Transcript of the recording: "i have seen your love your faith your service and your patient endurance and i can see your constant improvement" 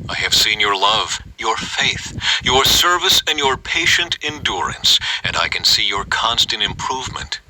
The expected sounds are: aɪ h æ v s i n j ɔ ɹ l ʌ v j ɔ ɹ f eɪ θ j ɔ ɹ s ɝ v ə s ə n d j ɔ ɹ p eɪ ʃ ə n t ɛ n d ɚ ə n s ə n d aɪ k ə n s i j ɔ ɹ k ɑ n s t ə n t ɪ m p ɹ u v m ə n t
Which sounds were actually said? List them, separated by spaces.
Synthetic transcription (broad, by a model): aɪ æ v s i n j ɔ ɹ l ʌ v j ɔ ɹ f eɪ θ j ɔ ɹ s ɝ v ə s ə n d j ɔ ɹ p eɪ ʃ ə n t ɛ n d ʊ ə n s ə n d aɪ k ə n s i j ɔ ɹ k ɑ n s t ə n t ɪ m p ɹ u v m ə n t